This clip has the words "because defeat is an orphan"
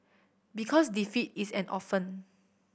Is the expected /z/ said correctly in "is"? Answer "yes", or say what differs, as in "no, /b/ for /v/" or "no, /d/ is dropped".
no, /s/ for /z/